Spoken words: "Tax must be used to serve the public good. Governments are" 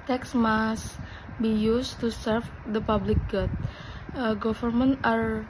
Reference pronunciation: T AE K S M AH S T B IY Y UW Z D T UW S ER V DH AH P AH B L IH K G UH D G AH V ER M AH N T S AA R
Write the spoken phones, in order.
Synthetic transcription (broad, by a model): T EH K S M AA S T B IY Y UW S T UW S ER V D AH P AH B L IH K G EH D G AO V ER M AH N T AA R